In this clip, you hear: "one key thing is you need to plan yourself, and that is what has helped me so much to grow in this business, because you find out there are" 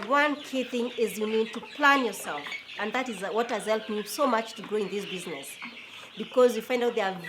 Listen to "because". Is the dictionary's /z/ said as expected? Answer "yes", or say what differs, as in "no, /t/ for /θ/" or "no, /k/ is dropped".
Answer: yes